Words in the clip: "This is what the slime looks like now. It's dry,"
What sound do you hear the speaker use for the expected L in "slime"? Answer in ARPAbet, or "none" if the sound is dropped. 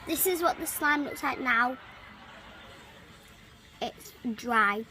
L